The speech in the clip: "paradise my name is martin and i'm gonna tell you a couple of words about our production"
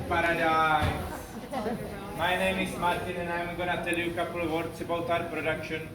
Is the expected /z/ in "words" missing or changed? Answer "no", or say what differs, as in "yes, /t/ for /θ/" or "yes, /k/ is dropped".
yes, /s/ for /z/